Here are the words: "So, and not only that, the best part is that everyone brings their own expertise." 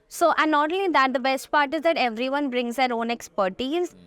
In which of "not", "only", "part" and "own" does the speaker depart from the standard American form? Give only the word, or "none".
only